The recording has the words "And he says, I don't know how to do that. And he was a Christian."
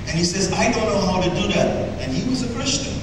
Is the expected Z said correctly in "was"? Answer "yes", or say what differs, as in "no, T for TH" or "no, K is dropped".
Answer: yes